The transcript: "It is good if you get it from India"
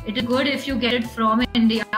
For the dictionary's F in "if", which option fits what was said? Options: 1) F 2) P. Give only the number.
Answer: 1